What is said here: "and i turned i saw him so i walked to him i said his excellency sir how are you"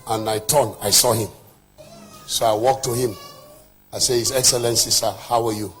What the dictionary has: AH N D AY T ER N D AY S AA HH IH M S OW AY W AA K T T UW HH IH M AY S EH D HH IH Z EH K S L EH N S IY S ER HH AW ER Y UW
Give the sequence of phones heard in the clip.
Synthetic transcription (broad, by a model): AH N AY T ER N AY S AA HH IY M S OW AY W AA K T T UW HH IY M AY S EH HH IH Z EH K S L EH N S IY S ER HH AW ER Y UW